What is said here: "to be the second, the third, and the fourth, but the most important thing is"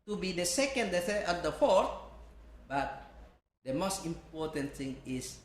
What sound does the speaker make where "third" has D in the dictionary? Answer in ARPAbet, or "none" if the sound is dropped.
none